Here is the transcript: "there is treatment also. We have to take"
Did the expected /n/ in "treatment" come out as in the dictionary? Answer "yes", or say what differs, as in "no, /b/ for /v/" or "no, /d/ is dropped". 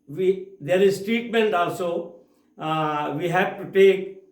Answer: yes